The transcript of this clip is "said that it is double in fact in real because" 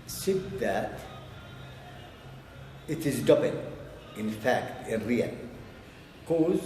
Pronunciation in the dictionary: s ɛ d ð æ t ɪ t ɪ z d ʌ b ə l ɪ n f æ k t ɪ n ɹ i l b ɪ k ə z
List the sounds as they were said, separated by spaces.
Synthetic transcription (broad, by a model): s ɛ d ð æ t ɪ t ɪ z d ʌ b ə n ɪ n f æ k t ɪ n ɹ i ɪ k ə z